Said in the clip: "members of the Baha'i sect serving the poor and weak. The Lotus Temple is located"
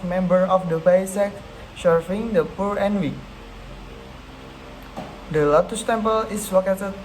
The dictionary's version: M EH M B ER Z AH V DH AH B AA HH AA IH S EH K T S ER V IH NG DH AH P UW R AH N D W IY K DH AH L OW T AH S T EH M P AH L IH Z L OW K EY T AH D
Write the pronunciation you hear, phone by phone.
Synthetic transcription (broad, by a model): M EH M B ER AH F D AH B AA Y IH S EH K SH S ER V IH NG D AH P UW R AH N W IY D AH L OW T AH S T EH M P AH L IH S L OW K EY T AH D